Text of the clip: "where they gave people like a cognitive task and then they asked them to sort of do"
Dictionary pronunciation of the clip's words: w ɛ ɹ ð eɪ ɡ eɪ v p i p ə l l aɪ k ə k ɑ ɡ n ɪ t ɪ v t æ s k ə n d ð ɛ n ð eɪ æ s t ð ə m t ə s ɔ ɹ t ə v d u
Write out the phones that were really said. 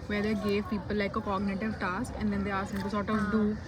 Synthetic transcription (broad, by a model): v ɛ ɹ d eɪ ɡ eɪ v p i p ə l l aɪ k ə k ɑ ɡ n ɪ t ɪ v t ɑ s k ə n d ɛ n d eɪ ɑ t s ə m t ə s ɔ t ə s d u